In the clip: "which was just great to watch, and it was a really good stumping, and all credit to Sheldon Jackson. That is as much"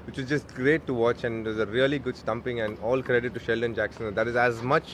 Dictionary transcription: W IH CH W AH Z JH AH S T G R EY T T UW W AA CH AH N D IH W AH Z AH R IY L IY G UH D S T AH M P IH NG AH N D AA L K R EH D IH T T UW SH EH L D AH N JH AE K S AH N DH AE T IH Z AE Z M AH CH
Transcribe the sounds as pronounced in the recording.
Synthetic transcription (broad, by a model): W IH CH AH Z JH AH S T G R EY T T UW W AA CH AH N D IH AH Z AH R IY L IY G UH D S T AH M P IH NG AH N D AA L K R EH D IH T T UW SH EH L D AH N JH AE K S AH N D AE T IH Z AE Z M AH CH